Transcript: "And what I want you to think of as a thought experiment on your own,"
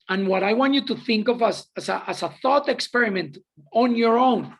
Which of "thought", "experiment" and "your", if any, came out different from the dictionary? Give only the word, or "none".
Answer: none